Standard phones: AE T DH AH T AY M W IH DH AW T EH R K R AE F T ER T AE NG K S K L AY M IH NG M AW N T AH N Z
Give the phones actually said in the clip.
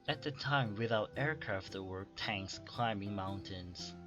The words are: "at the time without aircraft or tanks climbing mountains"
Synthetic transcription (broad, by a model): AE T DH AH T AY M W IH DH AW T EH R K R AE F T ER T AE NG K S K L AY M IH NG M AW N T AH N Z